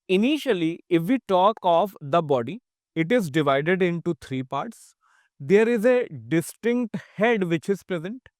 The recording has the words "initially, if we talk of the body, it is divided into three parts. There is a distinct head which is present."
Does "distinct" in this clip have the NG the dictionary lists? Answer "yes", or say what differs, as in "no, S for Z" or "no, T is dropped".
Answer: yes